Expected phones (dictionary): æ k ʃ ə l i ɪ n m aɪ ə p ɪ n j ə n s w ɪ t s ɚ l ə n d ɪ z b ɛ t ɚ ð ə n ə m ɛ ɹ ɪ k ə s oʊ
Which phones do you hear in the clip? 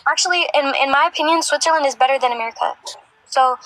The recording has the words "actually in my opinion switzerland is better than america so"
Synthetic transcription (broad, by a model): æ k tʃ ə l i ɪ n m aɪ ə p ɪ n j ə n s w ɪ t s ɚ l ə n d ɪ z b ɛ t ɚ ð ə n ə m ɛ ɹ ɪ k ə s oʊ